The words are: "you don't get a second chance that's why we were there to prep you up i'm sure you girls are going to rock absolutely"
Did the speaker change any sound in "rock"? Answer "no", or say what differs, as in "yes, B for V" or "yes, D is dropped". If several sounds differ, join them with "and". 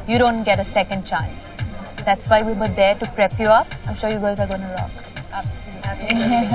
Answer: yes, L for R